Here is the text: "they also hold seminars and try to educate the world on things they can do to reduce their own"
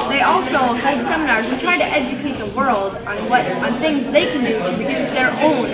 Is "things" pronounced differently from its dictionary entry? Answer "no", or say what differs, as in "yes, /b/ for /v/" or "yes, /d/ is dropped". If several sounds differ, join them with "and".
no